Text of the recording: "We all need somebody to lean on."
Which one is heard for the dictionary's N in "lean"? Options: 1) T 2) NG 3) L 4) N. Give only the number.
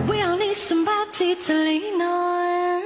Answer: 4